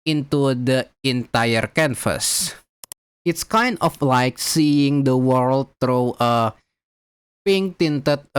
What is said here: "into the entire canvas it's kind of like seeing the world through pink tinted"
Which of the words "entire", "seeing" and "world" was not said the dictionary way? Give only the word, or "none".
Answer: none